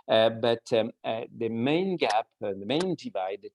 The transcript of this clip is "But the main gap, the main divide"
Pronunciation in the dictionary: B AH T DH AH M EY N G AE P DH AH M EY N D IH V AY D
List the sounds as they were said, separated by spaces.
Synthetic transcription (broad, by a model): B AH T DH AH M EY N G AE P DH AH M EY N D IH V AY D